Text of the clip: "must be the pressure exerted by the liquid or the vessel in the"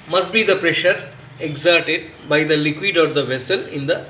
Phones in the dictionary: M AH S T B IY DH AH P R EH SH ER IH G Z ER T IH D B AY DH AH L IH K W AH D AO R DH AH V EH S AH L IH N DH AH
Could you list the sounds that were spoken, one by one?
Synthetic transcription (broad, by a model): M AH S T B IY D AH P R EH SH ER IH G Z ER T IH D B AY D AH L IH K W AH D AO R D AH V EH S AH L IH N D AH